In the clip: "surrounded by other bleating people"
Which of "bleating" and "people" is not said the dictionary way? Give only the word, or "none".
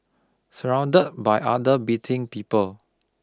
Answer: bleating